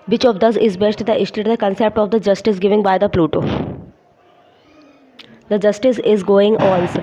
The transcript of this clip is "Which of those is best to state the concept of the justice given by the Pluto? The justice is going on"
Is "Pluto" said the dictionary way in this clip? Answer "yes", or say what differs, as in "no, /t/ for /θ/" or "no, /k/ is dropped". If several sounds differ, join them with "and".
yes